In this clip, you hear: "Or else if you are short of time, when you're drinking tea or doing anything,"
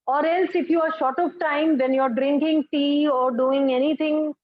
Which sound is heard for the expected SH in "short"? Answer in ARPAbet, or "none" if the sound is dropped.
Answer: SH